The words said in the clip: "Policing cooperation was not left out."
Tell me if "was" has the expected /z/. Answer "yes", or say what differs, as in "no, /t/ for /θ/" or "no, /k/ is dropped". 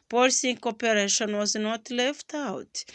yes